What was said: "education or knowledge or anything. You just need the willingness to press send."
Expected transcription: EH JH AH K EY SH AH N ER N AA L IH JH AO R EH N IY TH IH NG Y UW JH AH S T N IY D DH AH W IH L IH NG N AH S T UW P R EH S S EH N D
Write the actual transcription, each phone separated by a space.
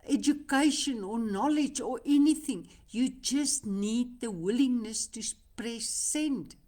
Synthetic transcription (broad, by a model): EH JH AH K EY SH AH N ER N AA L IH JH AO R EH N IY TH IH NG Y UW JH AH S T N IY D DH AH W IH L IH NG N AH S T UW P R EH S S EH N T